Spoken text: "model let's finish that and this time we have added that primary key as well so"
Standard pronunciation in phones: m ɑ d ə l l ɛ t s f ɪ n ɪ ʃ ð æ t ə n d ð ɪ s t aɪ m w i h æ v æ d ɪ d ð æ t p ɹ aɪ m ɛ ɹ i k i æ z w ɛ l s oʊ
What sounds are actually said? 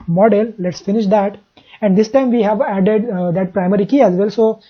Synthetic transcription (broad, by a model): m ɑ d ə l l ɛ t s f ɪ n ɪ ʃ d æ t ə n d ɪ s t aɪ m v i h æ v æ d ɪ d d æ t p ɹ aɪ m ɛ ɹ i k i æ z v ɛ l s oʊ